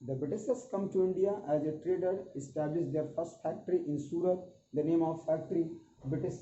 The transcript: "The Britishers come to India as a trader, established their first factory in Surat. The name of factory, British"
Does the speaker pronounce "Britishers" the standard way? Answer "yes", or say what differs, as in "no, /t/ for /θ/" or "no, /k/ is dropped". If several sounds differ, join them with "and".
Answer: no, /s/ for /ʃ/